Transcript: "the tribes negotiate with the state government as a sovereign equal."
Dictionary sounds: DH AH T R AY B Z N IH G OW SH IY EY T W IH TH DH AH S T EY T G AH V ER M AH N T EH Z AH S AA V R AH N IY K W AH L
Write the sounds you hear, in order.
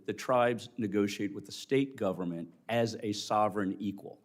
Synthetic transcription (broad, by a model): DH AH T R AY B Z N IH G OW SH IY EY T W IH DH AH S T EY T G AH V ER M AH N T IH Z AH S AA V R AH N IY K W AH L